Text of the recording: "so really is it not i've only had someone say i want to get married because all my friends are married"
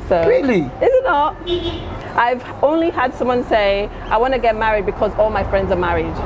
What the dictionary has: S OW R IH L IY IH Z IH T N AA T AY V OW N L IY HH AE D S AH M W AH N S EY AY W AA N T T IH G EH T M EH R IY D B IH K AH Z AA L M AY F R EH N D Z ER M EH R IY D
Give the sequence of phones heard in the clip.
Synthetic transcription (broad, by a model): S OW R IH L IY IH Z IH T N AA T AY V OW N L IY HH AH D S AH M W AH N S EY AY W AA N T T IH G EH T M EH R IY D B IH K AH Z AA L M AY F R EH N D Z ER M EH R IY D